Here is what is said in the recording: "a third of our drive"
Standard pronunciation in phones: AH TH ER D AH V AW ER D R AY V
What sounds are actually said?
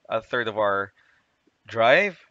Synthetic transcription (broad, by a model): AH TH ER D AH V AW ER D R AY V